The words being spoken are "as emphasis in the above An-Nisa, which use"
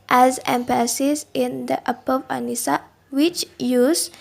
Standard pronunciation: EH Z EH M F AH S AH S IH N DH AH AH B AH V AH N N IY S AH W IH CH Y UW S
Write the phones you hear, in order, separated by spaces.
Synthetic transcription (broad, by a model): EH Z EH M P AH S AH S IH N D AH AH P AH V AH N N IY S AH W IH CH Y UW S